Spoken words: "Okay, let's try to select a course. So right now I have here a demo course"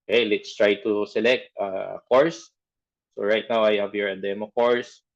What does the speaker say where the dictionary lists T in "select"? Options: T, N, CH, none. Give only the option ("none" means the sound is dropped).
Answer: T